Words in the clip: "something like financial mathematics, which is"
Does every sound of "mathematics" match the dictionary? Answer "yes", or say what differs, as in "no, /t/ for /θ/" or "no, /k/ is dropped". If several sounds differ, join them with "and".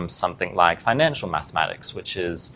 yes